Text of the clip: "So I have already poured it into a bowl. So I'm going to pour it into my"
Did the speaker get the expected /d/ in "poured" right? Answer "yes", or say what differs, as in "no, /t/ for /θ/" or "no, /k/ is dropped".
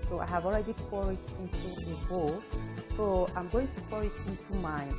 no, /d/ is dropped